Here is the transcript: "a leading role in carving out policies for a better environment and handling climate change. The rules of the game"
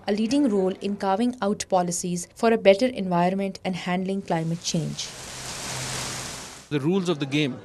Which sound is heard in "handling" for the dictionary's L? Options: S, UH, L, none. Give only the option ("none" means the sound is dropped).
L